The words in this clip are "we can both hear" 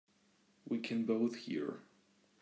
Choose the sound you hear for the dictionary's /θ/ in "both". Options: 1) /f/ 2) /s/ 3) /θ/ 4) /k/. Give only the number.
3